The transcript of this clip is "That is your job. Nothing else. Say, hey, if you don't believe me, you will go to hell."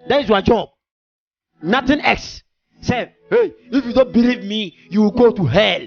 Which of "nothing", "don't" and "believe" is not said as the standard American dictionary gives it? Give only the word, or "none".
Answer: nothing